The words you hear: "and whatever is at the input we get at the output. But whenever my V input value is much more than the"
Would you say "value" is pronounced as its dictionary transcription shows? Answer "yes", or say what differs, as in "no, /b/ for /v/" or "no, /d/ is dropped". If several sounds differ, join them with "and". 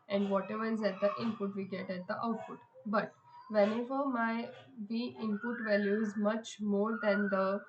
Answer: yes